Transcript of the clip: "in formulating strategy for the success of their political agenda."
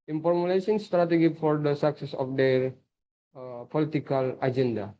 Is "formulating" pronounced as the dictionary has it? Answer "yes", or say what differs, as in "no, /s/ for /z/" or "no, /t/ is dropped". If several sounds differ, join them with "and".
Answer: no, /s/ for /t/